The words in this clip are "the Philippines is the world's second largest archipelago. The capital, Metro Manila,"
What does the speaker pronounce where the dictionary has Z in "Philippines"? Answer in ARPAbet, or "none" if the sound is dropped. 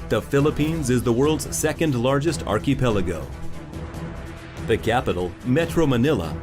Z